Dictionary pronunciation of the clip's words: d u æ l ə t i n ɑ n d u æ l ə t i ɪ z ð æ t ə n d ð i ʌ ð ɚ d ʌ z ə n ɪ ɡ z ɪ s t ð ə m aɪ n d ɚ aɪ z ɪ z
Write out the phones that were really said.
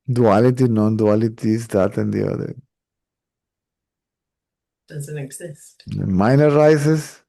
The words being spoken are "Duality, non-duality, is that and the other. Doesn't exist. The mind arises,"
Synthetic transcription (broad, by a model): d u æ l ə t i n ɑ n d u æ l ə t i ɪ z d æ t ə n d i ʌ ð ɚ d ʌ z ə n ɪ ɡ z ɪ s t m aɪ n ɚ aɪ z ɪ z